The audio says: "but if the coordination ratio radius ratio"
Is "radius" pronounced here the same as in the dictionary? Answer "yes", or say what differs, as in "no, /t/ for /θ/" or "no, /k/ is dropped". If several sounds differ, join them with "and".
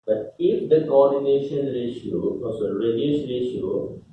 no, /ʃ/ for /s/